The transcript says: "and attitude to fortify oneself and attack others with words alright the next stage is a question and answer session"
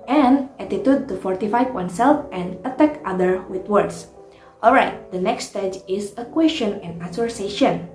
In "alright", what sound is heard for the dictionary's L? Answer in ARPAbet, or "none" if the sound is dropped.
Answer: L